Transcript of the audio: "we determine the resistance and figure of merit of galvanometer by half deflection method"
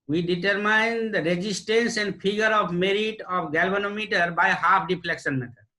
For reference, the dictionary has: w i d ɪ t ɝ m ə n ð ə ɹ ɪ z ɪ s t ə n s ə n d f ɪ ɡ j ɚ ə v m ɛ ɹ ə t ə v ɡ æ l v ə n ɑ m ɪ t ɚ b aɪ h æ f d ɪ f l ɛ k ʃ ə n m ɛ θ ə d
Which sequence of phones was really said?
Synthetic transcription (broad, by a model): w i d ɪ t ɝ m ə n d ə ɹ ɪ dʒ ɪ s t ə n s ə n d p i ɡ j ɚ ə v m ɛ ɹ ə t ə p ɡ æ l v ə n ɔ m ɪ t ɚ b aɪ h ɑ p d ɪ p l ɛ k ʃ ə n m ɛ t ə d